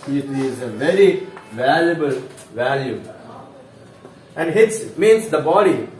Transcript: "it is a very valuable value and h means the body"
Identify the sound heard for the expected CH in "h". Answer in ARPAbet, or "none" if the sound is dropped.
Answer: S